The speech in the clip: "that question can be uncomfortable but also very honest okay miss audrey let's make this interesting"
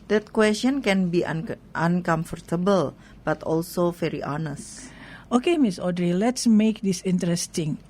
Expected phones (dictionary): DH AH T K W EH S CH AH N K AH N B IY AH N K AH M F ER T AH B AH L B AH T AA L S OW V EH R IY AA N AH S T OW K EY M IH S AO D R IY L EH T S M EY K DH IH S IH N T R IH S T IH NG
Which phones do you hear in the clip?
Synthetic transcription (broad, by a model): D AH T K W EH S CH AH N K AH N B IY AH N K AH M F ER T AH B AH L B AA T AA L S OW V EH R IY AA N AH S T OW K EY M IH S AO D R IY L EH T S M EY K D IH S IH N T R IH S T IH NG